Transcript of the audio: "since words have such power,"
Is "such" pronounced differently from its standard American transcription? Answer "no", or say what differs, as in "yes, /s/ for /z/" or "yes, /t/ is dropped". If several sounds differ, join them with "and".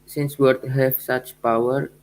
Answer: no